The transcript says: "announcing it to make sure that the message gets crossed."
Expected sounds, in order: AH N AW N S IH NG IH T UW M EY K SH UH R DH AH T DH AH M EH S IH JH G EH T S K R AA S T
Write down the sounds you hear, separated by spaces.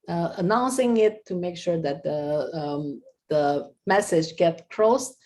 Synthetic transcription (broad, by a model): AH N AW N S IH NG IH T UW M EY K SH UH R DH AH T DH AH M EH S IH JH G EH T K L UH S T